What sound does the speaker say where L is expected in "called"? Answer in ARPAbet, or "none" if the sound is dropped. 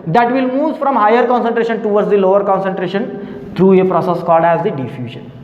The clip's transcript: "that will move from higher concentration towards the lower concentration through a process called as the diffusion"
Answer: none